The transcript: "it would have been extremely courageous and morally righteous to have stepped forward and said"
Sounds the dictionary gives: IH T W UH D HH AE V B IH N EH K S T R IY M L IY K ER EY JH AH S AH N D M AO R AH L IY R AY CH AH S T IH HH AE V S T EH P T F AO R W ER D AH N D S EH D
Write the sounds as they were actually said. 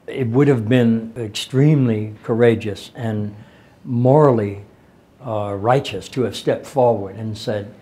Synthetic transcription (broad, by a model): IH T W UH D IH V B IH N EH K S T R IY M L IY K ER EY JH AH S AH N M AO R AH L IY R AY CH AH S T IH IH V S T EH P T F AO R W ER D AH N S EH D